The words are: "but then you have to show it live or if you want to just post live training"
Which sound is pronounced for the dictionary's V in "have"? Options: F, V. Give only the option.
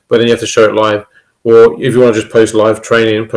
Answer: F